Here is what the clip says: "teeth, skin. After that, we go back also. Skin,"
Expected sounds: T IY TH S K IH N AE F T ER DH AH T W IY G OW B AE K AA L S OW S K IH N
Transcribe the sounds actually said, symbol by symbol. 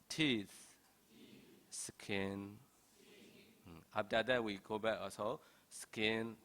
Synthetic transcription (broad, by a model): T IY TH S K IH N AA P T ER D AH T W IY G OW B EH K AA S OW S K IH N